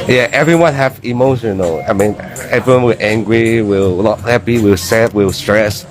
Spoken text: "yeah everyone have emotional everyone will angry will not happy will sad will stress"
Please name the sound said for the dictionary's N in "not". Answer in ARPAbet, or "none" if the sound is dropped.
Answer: L